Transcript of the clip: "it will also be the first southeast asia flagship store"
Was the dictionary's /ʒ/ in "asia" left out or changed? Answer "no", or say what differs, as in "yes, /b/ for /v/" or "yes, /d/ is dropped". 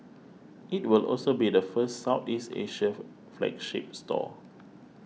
yes, /ʃ/ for /ʒ/